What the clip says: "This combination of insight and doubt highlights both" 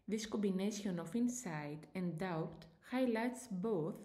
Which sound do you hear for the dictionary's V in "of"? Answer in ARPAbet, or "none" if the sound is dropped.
F